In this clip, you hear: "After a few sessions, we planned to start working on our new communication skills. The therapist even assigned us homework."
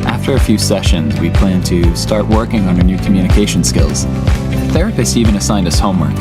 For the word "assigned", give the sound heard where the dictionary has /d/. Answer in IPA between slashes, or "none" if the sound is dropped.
/d/